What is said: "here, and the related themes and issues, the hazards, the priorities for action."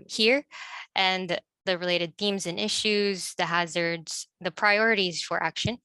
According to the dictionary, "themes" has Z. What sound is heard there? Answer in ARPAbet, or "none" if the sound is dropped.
Z